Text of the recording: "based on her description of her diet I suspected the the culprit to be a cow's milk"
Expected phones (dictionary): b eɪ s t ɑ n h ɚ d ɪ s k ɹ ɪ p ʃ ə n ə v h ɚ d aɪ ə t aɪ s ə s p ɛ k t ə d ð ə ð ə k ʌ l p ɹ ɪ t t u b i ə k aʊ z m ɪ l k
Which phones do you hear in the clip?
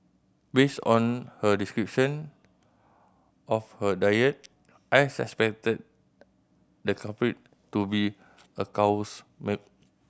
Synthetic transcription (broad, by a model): b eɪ s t ɑ n h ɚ d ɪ s k ɹ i p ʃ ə n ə f h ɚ d aɪ ə t aɪ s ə s p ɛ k t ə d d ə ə k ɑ p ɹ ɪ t t u b i ə k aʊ s m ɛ k